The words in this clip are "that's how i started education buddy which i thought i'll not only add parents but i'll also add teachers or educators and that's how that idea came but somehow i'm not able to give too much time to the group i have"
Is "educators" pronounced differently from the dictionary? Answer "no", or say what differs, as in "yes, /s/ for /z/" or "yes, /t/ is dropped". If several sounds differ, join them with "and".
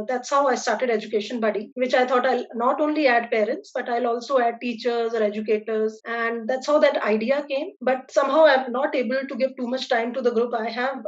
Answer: no